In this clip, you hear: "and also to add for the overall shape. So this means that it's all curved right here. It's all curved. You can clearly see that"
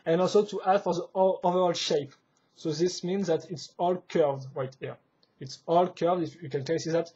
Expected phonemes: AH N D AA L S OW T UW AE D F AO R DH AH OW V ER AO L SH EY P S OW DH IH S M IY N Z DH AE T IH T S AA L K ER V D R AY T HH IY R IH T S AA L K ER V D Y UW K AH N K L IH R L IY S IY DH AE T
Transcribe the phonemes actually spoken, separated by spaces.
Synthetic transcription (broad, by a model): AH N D AA L S OW T UW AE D F AO R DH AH OW V ER AO L SH EY P S OW DH IH S M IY N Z DH AE T IH T S AA L K ER V D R AY T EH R IH T S AA L K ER V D Y UW K AH N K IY S IY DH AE T